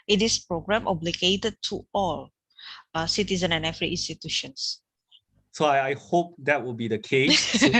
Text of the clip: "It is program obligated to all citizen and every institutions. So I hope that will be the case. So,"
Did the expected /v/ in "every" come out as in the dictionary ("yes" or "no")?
no